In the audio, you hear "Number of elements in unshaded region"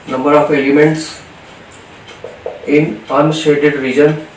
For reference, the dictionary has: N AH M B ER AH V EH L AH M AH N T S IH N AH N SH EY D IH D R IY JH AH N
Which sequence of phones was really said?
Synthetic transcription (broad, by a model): N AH M B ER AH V EH L AH M AH N T S IH N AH N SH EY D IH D R IY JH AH N